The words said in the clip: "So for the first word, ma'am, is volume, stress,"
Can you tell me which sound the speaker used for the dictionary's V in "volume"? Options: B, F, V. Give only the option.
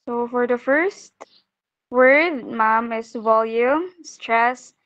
V